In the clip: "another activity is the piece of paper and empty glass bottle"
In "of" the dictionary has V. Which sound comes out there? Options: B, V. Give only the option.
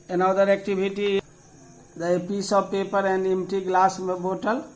B